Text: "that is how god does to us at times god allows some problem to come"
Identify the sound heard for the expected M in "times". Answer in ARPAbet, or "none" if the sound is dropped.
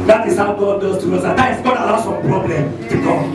none